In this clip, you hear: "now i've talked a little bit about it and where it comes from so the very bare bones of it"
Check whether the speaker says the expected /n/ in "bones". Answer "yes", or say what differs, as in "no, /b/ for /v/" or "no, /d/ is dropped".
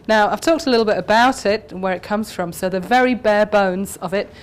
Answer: yes